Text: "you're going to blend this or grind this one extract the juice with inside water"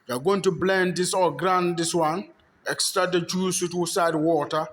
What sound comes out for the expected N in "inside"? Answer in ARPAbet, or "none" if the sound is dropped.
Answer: none